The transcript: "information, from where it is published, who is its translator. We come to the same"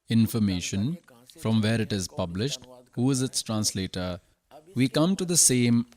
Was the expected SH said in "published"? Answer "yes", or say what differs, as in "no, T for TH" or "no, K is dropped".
yes